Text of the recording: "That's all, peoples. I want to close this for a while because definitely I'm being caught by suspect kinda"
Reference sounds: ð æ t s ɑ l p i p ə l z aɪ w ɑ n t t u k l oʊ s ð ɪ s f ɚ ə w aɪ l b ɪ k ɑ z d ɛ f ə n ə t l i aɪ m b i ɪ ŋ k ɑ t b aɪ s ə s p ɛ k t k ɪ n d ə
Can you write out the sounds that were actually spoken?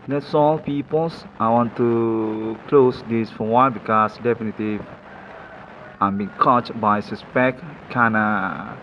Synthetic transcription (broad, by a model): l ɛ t s ɑ l p i p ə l s aɪ w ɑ n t t u k l oʊ s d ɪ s f ə w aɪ n b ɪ k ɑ s d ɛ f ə n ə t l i aɪ m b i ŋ k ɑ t b aɪ s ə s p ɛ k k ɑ n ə